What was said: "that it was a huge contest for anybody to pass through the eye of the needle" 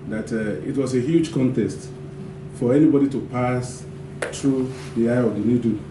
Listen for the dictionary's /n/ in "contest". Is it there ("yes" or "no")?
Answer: yes